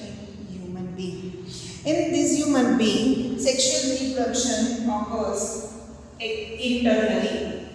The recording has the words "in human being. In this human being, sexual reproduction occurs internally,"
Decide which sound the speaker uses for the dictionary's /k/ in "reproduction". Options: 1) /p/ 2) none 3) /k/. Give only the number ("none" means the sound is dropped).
2